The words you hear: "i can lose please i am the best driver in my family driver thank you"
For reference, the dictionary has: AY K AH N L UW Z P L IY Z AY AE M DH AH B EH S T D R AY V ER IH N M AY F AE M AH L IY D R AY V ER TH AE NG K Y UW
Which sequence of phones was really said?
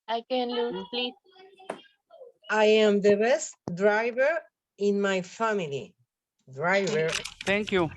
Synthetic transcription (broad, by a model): AY K AH N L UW P L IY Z AY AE M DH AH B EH S T D R AY V ER IH N M AY F AE M AH L IY D R AY V ER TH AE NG K Y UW